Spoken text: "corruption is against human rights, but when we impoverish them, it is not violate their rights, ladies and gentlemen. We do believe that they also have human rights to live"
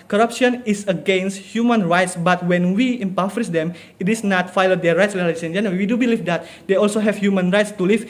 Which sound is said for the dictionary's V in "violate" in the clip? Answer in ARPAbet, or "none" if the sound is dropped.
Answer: F